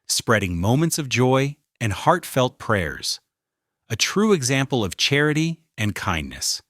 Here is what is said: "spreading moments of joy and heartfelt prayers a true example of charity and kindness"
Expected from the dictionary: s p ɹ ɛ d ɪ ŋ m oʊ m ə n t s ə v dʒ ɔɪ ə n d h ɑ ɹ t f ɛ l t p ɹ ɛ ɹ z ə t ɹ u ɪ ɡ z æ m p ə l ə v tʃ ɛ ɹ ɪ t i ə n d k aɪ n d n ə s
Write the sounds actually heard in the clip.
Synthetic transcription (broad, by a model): s p ɹ ɛ d ɪ ŋ m oʊ m ə n t s ə v dʒ ɔɪ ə n h ɑ ɹ t f ɛ l t p ɹ ɛ ɹ z ə t ɹ u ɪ ɡ z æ m p l ə v tʃ ɛ ɹ ɪ t i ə n k aɪ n n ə s